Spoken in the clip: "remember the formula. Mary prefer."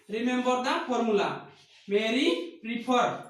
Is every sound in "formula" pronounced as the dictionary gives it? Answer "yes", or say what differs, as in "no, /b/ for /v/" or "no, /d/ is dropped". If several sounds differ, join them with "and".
no, /p/ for /f/